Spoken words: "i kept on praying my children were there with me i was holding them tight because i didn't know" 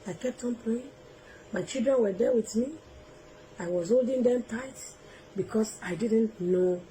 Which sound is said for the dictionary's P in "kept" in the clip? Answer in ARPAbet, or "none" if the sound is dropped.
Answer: P